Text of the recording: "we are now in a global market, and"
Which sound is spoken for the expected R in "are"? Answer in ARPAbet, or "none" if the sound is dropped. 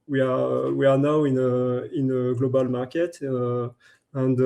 W